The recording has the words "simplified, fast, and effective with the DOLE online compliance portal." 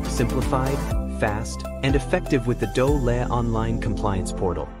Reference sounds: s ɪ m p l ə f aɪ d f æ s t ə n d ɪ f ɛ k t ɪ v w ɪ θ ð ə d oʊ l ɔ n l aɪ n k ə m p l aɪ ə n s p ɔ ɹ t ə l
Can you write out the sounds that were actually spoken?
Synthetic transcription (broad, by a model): s ɪ m p l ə f aɪ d f æ s t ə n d ɪ f ɛ k t ɪ v w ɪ ð ə d oʊ l ɔ n l aɪ n k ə m p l aɪ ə n s p ɔ ɹ t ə l